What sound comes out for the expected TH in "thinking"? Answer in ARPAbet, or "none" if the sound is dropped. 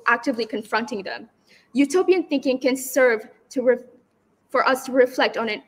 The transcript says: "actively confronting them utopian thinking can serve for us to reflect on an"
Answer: TH